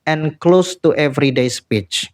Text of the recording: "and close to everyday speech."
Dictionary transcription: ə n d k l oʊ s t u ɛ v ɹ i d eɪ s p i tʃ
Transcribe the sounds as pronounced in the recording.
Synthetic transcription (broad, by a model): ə n k l oʊ s t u ɛ v ɹ i d eɪ s p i tʃ